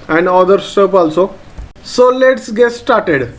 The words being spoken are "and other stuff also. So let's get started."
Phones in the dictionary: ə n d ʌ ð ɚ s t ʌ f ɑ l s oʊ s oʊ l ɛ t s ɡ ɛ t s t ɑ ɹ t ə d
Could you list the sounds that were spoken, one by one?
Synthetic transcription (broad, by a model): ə n d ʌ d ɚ s t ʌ p ɑ l s oʊ s oʊ l ɛ t s ɡ ɛ t s t ɑ ɹ t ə d